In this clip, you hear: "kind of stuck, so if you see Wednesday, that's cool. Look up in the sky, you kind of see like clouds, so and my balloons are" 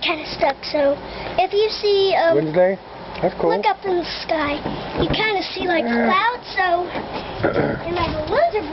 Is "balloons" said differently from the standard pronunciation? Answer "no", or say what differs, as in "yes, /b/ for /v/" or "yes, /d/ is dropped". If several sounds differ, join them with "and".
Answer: yes, /w/ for /l/